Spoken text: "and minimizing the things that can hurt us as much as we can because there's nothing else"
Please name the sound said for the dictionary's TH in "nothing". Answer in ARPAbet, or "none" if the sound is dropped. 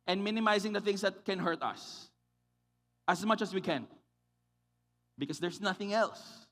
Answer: TH